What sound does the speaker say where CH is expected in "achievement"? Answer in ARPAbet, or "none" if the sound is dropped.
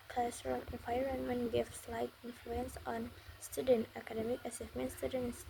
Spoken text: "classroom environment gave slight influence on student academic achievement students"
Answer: S